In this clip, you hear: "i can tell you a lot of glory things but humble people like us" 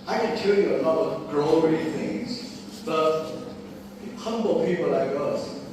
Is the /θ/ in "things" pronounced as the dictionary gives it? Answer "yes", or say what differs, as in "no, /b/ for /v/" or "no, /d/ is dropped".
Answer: yes